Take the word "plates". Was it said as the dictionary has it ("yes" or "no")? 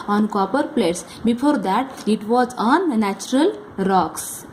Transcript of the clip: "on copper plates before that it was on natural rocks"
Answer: yes